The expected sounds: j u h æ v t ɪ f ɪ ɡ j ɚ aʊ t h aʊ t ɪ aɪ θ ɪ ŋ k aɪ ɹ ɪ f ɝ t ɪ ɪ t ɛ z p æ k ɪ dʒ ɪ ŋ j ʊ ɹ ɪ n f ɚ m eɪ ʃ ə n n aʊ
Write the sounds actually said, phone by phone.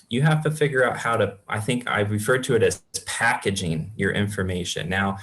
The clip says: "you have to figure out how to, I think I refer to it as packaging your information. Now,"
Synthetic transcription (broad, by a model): j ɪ h æ f t ɪ f ɪ ɡ j ɚ aʊ t h aʊ t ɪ aɪ θ ɪ ŋ k aɪ ɹ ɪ f ɝ t ɪ ɪ t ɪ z p æ k ɪ dʒ ɪ ŋ j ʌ ɹ ɪ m f ɚ m eɪ ʃ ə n n aʊ